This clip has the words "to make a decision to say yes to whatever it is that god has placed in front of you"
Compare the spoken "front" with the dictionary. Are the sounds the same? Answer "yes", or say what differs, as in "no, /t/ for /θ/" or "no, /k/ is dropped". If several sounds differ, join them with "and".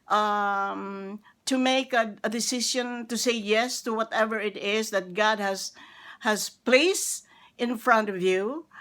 yes